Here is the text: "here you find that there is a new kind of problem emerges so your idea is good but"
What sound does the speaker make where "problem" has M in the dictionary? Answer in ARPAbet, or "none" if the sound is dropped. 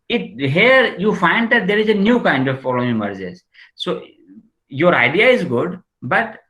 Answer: none